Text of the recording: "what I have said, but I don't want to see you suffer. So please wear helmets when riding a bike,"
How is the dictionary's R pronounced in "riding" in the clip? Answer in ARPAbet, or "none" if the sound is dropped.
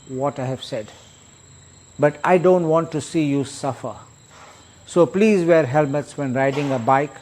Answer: R